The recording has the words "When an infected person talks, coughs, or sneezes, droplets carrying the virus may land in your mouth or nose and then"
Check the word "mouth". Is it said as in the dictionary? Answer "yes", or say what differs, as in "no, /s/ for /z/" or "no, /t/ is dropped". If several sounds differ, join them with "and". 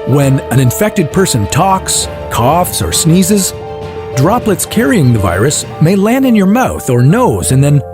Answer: yes